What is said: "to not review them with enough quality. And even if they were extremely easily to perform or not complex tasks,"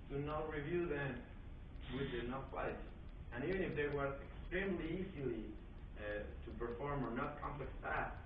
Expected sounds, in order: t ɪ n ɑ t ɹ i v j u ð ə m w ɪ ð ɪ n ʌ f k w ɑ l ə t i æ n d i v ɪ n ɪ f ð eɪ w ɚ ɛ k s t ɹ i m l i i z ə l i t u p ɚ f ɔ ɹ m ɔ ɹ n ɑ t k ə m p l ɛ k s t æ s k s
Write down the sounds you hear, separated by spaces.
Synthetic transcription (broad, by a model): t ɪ n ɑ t ɹ i v j u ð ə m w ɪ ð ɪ n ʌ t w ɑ ə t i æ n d i v ɪ n ɪ f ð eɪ w ɚ ɛ k s t ɹ i m l i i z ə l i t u p ɚ f ɔ ɹ m ɔ ɹ n ɑ t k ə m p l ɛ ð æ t